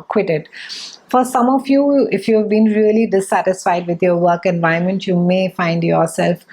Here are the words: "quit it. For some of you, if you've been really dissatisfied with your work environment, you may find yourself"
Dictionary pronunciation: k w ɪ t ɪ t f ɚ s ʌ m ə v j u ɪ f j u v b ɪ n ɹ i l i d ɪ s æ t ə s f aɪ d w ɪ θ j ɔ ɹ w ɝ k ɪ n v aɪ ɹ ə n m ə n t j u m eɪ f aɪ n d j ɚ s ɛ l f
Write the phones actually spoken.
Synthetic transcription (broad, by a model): k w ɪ t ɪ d f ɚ s ʌ m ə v j u ɪ f j u v b ɪ n ɹ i l i d ɪ s æ t ə s f aɪ d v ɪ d j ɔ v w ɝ k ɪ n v aɪ ə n m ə n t j u m eɪ f aɪ n d j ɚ s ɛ l f